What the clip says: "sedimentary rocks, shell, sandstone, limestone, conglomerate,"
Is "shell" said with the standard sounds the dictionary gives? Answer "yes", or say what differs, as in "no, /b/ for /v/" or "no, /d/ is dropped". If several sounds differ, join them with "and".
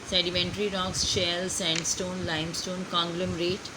yes